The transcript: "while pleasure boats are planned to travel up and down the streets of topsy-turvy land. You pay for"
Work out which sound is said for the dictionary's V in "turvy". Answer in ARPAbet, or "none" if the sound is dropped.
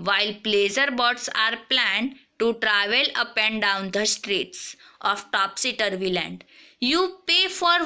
V